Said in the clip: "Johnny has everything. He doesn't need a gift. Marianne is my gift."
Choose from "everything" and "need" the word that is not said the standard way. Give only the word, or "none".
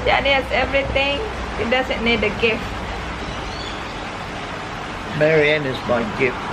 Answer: everything